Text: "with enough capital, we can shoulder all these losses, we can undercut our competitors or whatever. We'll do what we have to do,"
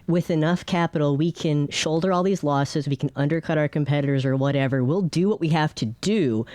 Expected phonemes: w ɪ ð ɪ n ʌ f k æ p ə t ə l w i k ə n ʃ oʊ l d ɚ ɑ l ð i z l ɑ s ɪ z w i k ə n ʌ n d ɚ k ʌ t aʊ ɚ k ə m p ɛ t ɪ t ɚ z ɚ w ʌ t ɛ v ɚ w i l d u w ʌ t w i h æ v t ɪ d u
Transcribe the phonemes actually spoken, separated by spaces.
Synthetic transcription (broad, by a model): w ɪ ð ɪ n ʌ f k æ p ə t l w i k ə n ʃ oʊ l d ɚ ɑ l ð i z l ɑ s ɪ z w i k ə n ʌ n d ɚ k ʌ t aʊ ɚ k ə m p ɛ t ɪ t ɚ z ɚ w ʌ t ɛ v ɚ w i l d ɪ w ʌ t w i h æ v t ɪ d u